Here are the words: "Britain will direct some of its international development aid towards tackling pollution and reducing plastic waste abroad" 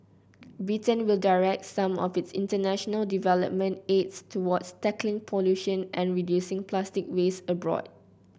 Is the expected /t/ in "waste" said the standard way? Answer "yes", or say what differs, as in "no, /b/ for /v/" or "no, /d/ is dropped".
no, /t/ is dropped